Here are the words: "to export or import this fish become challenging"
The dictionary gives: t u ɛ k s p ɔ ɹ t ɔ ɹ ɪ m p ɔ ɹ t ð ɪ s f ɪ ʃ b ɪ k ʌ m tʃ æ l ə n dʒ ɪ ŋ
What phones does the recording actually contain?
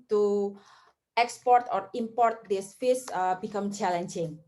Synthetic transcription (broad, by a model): t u ɛ k s p ɔ ɹ t ɔ ɹ ɪ m p ɔ ɹ t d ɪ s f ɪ s b ɪ k ʌ m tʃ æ l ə n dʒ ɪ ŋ